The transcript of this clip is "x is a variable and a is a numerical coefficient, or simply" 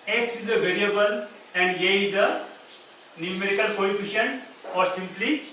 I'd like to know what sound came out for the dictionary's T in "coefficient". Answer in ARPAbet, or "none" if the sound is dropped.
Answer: none